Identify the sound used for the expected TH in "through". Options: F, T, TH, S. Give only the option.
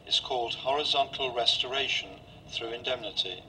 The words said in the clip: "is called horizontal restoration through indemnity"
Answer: TH